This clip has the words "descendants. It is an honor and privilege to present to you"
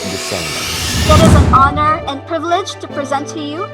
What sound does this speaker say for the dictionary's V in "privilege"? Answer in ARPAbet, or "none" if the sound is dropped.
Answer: V